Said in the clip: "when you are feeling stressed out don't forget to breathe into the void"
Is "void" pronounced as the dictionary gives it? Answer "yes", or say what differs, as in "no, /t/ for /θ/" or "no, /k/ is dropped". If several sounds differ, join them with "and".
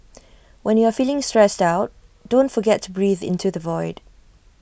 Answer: yes